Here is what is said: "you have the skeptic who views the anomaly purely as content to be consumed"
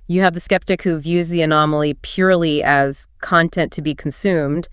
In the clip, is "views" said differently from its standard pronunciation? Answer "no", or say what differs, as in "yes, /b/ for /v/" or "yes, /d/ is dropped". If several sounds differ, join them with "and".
no